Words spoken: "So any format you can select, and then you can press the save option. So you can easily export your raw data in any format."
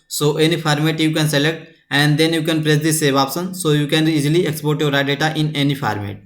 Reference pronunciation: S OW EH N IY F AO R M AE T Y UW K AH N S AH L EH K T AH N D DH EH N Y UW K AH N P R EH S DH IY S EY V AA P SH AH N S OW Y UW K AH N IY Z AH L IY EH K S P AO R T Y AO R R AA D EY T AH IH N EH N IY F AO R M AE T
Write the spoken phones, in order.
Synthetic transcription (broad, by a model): S OW EH N IY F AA R M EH T Y UW K AH N S AH L EH K T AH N D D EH N Y UW K AH N P R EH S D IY S EY V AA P S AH N S OW Y UW K AH N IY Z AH L IY EH K S P AO R T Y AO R R AA D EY T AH IH N EH N IY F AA R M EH T